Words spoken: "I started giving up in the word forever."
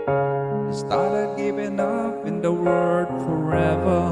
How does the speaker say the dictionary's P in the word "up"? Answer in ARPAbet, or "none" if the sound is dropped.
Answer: F